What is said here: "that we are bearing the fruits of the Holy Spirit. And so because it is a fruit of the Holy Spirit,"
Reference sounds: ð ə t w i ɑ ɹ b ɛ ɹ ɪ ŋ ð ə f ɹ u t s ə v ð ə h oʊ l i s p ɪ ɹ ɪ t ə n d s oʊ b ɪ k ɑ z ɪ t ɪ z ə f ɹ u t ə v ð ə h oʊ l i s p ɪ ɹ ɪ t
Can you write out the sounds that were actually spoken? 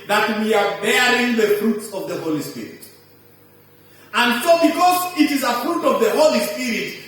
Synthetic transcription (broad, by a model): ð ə t w i ɑ ɹ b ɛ ɹ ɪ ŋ ð ə f ɹ u t s ə v ð ə h oʊ l i s p ɪ ɹ ɪ t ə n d s oʊ b ɪ k ɑ z ɪ t ɪ z ə f ɹ u t ə v ð ə h oʊ l i s p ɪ ɹ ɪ t